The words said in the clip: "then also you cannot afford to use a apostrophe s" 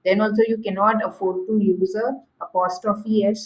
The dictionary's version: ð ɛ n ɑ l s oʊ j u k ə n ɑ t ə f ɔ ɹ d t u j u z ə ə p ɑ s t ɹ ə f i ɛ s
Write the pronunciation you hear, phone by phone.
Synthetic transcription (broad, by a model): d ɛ n ɑ l s oʊ j u k ə n ɑ t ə f ɔ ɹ d t u j u z ə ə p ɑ s t ə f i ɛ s